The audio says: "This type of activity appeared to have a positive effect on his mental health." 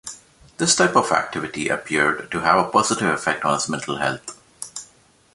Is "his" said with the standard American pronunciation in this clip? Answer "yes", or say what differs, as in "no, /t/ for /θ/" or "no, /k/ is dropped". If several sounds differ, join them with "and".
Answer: no, /s/ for /z/